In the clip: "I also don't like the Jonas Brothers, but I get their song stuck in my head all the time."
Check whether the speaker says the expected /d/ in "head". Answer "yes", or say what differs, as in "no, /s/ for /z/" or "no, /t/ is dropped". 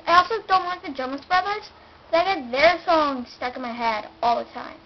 yes